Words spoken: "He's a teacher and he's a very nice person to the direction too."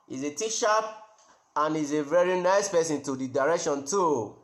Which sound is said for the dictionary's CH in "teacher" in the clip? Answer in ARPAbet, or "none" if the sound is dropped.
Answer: SH